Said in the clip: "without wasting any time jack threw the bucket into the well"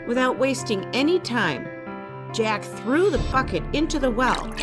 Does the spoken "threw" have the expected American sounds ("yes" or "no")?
yes